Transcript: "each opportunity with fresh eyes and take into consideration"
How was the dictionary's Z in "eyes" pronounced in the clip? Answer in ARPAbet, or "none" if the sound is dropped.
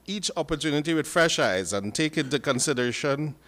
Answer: Z